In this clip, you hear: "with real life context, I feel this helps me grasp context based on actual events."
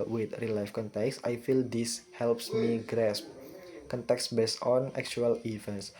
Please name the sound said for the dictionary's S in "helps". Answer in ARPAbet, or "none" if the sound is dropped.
S